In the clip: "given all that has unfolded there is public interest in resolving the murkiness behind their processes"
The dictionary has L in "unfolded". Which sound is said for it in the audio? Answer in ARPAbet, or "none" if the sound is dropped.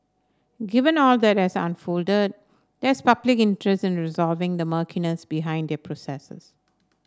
L